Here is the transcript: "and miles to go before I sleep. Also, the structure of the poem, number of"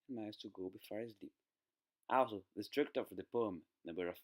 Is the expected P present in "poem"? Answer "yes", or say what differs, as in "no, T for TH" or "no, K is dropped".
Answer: yes